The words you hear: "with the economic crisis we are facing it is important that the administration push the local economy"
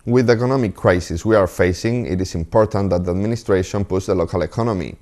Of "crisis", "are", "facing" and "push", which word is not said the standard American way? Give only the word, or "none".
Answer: push